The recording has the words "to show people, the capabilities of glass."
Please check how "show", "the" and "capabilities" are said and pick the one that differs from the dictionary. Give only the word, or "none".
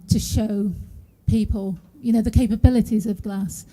none